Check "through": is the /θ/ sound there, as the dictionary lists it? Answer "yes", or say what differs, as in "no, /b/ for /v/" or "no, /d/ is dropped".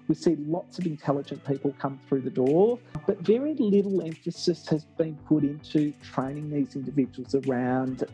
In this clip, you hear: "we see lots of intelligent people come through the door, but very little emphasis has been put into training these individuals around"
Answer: yes